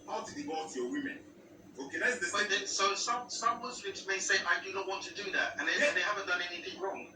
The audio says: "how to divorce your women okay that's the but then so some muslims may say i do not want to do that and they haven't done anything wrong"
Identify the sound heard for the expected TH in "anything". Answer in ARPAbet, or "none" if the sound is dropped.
TH